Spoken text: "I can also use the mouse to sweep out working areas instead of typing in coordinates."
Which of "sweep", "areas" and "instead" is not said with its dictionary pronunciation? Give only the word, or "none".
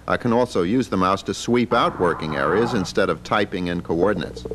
none